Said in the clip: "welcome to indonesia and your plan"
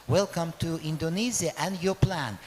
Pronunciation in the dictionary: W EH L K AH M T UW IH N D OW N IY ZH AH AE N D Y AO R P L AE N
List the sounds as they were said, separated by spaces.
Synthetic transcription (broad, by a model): W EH L K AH M T UW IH N D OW N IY Z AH AE N D Y AO R P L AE N